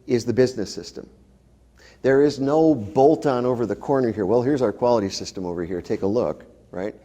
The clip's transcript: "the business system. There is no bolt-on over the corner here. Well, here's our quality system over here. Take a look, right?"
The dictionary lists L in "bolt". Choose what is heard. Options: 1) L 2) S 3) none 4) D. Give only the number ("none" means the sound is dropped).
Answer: 1